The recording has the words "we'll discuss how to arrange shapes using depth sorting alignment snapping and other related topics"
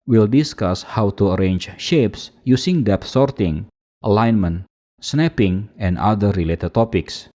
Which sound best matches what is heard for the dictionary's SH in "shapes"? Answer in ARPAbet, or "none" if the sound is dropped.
SH